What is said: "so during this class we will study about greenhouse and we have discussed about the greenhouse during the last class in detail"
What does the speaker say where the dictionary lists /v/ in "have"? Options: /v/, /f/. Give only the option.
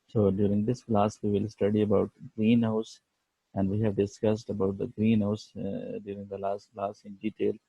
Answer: /v/